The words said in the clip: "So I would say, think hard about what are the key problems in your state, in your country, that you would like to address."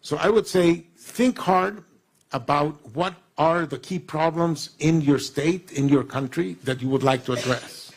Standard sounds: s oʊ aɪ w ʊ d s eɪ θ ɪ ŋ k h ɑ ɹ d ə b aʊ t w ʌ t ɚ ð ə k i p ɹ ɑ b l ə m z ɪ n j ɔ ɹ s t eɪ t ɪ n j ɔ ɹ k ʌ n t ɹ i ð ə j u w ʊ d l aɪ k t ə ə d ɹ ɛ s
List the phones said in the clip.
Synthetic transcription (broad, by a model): s oʊ aɪ w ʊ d s eɪ θ ɪ ŋ k h ɑ ɹ d ə b aʊ t w ʌ t ɚ ð ə k i p ɹ ɑ b l ə m z ɪ n j ɔ ɹ s t eɪ t ɪ n j ɔ ɹ k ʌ n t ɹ i ð ə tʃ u w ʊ d l aɪ k t ə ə d ɹ ɛ s